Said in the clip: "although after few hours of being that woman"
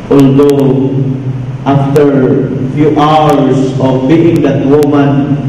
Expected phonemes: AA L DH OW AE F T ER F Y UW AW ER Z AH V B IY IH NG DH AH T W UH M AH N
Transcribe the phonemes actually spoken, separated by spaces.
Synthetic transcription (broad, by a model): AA L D OW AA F T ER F Y UW AW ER S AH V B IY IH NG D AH T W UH M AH N